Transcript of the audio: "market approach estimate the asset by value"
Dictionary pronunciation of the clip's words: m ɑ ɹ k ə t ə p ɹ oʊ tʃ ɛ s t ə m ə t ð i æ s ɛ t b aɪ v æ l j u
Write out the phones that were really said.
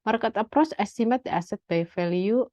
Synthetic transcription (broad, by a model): m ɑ ɹ k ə t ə p ɹ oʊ s ɛ s t ə m ə t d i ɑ s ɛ t b aɪ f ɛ l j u